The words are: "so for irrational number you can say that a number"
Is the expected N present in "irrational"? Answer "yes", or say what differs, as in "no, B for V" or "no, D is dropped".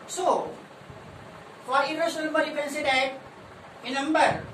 no, N is dropped